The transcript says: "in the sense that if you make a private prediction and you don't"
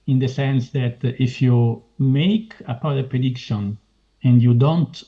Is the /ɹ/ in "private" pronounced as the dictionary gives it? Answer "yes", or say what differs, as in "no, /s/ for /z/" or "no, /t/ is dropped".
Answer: no, /ɹ/ is dropped